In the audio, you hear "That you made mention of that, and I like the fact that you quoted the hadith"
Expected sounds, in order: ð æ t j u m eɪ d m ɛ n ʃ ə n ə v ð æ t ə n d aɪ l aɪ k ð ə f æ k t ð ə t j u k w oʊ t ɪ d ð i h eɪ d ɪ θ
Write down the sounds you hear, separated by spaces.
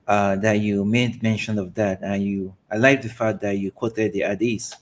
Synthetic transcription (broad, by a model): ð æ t j u m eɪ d m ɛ n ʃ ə n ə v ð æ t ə n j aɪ l aɪ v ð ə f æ t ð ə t j u k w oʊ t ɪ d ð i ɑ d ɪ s